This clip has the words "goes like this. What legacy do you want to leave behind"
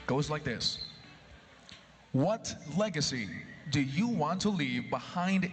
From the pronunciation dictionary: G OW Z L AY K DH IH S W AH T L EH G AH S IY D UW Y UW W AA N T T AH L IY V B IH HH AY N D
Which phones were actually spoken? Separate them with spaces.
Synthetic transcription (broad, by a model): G OW Z L AY K DH IH S W AH T L EH G AH S IY D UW Y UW W AA N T T AH L IY V B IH HH AY N D